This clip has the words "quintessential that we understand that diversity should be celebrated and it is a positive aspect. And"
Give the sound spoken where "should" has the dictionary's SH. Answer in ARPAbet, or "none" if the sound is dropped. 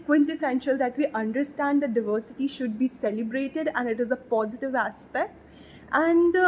SH